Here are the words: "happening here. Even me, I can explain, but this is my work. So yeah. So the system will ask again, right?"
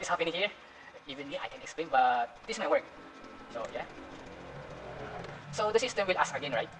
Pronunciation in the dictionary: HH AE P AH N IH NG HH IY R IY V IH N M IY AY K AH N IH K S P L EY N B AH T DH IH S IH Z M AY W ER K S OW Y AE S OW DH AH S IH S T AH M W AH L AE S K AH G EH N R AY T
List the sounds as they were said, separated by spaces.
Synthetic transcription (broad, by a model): HH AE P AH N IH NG HH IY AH IY V IH N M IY AY K AH N IH K S P L EY N B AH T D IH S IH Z M AY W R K S OW Y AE S OW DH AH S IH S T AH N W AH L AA S AH G EH N R AY T